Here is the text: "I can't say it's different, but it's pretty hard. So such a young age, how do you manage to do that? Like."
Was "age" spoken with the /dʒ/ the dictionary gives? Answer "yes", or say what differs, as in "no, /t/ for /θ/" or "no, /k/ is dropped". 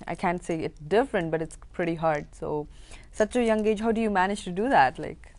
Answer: yes